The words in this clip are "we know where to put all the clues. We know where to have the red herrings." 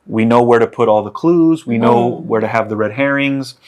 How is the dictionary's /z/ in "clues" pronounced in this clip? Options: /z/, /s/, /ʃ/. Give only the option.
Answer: /z/